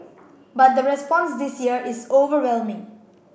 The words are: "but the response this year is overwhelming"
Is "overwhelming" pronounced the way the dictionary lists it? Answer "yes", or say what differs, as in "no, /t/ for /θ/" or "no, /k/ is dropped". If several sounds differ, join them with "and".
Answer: yes